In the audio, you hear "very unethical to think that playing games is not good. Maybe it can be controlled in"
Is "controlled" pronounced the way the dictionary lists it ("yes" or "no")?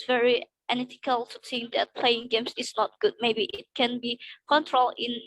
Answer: no